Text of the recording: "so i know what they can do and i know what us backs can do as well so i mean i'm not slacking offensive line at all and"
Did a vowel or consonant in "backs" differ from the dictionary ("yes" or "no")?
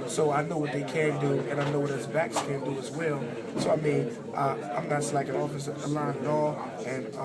no